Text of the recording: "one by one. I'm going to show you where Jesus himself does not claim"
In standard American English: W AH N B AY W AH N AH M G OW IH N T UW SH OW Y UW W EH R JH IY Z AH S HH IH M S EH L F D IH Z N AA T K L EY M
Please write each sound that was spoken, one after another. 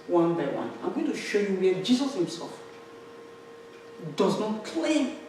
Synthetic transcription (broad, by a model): W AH N B AY W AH N AH M G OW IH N T UW SH OW Y UW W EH JH IY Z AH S HH IH M S EH L F D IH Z N AA T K L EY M